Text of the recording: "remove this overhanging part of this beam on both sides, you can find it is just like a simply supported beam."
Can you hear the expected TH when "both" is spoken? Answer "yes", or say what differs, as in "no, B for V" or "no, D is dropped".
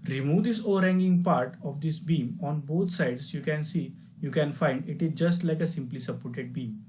no, T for TH